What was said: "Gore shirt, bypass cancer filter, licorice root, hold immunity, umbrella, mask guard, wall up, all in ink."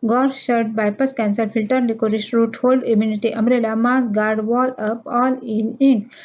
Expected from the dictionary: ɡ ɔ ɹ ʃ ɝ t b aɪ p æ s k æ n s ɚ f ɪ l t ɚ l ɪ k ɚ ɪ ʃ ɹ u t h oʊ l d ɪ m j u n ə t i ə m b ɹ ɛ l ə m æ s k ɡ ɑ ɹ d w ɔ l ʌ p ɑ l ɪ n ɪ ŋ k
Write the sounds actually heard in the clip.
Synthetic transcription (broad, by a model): ɡ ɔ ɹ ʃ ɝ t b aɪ p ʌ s k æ n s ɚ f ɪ l t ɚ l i k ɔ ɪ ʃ ɹ u t h oʊ l d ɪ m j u n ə t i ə m ɹ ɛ l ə m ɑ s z ɡ ɑ ɹ d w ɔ l ʌ p ɑ l ɪ n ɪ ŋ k